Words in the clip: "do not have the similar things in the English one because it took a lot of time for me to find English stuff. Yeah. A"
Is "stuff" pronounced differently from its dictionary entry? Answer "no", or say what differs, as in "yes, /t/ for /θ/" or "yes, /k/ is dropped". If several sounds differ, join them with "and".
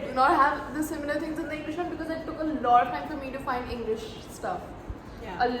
no